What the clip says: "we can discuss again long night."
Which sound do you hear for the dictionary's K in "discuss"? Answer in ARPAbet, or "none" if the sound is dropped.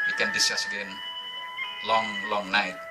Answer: none